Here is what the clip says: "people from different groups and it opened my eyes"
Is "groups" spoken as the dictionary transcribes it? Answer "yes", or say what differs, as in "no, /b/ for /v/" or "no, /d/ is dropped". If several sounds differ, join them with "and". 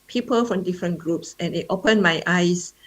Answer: yes